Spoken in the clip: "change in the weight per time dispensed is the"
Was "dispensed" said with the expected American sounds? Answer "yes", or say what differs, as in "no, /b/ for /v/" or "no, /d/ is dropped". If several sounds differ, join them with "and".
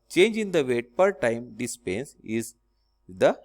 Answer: no, /t/ is dropped